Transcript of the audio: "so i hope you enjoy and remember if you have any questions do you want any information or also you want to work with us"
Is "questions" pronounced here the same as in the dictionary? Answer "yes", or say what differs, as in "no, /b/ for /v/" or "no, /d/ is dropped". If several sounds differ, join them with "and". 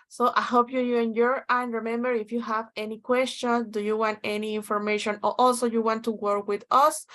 no, /z/ is dropped